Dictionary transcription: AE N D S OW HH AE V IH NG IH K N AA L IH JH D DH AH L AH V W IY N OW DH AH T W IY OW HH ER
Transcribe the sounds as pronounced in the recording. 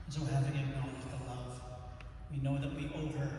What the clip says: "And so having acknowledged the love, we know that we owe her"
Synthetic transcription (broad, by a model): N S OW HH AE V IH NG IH N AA IH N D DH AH L AH V W IY N OW DH AH T W IY OW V ER